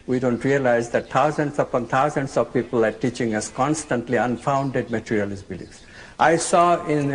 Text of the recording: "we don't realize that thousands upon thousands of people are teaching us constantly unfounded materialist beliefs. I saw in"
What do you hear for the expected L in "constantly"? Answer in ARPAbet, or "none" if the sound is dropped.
L